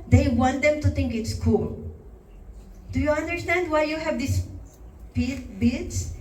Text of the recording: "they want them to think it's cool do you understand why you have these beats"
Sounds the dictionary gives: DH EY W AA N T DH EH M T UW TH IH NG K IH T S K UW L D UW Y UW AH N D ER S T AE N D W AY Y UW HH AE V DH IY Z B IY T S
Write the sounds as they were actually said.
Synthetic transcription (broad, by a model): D EY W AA N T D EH M T UW T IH NG K IH T S K UW L D UW Y UW AH N D ER S T AE N D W AY Y UW HH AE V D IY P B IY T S